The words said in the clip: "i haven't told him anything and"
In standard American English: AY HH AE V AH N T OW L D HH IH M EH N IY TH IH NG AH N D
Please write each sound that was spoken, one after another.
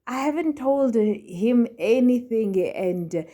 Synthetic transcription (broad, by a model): AY HH AE V AH N T OW L D HH IH M EH N IY TH IH NG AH N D